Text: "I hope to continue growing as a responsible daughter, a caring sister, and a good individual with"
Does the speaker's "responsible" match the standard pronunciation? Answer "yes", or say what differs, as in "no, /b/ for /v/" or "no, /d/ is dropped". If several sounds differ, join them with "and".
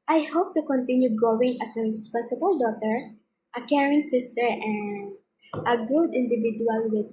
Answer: yes